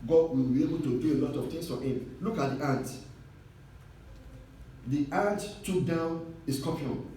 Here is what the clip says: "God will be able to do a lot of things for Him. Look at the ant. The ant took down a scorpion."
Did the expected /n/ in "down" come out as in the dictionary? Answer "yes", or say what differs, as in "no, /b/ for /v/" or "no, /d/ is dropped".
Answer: yes